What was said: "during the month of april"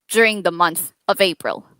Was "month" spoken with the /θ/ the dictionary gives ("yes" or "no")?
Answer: yes